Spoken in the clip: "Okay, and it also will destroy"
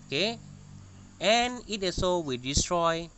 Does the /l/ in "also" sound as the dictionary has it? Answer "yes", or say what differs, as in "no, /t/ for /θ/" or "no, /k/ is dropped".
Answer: no, /l/ is dropped